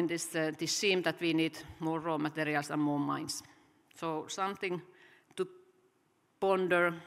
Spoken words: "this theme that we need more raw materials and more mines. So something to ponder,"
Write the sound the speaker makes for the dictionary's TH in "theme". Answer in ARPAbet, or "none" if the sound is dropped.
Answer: S